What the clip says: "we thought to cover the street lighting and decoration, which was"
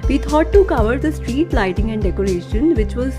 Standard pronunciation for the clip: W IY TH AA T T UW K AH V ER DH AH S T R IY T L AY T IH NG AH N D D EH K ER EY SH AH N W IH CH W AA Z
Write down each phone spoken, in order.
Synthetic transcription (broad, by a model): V IY T AA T T UW K AH V ER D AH S T R IY T L AY T IH NG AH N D D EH K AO EY SH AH N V IH CH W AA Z